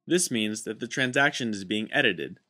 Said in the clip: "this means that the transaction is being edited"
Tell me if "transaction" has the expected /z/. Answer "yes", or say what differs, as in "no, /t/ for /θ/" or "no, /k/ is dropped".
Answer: yes